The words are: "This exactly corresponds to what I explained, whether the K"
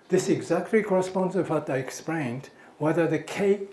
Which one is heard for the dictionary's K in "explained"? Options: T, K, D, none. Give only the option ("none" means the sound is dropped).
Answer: K